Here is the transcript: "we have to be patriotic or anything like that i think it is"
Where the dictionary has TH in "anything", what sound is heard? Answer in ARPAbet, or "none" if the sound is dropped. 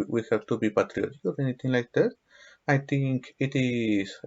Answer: T